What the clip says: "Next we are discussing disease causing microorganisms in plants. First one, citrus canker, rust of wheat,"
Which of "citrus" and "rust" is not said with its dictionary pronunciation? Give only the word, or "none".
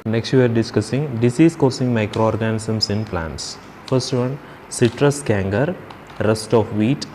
none